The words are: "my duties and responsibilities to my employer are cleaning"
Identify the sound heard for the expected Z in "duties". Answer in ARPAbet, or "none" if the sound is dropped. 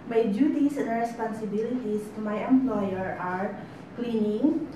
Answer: S